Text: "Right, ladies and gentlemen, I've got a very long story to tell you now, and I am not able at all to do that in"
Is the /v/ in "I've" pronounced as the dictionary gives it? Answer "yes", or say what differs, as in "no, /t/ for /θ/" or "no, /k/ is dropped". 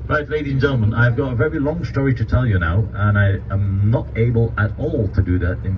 yes